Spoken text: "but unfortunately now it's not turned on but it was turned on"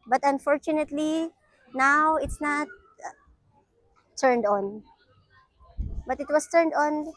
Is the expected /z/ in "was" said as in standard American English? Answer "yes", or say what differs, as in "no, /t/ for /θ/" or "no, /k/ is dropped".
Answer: no, /s/ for /z/